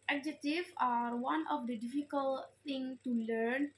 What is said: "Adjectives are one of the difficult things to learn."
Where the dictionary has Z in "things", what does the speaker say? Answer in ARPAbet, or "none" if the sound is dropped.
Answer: none